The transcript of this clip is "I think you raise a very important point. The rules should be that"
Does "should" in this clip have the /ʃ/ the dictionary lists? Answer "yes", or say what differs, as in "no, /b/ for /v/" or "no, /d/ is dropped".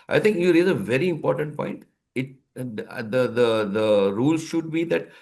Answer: yes